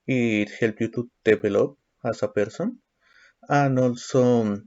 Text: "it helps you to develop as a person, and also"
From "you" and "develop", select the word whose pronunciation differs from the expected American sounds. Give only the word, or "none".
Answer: develop